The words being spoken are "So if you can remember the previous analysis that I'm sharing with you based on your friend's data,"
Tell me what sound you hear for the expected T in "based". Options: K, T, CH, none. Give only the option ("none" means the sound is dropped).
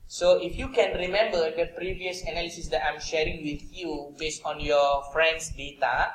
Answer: T